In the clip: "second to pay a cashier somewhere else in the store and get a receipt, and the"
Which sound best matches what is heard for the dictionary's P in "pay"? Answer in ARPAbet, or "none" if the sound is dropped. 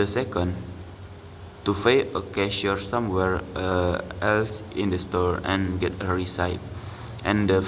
F